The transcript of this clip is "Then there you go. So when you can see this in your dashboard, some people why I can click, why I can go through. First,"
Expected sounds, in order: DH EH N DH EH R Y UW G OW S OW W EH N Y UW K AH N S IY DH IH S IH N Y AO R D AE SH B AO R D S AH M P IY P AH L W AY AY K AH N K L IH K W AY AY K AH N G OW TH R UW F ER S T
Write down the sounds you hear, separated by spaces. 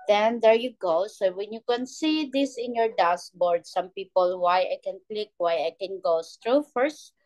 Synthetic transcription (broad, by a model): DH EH N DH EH R Y UW G OW S OW W EH N Y UW K AH N S IY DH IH S IH N Y AO R D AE S B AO R D S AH M P IY P AH L W AY AY K AH N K L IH K W AY AY K AH N G OW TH R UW F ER S T